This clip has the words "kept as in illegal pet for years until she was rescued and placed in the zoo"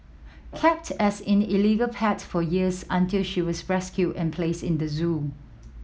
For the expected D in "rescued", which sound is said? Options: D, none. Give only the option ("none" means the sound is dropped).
none